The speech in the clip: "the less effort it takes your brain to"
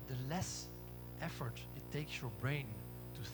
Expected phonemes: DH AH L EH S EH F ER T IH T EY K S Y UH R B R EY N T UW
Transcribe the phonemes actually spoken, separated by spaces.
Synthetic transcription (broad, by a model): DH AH L EH S EH F ER T IH T EY K S Y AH R B R EY N T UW